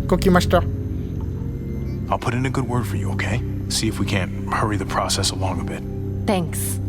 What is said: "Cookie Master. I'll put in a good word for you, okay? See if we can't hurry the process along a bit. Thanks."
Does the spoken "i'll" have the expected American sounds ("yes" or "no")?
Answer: yes